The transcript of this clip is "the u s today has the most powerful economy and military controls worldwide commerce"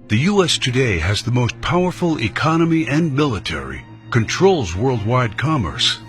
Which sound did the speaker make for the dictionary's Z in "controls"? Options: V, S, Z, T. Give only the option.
Z